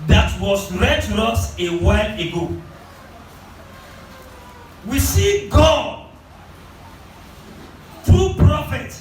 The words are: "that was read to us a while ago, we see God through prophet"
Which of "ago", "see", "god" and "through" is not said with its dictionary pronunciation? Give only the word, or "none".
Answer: through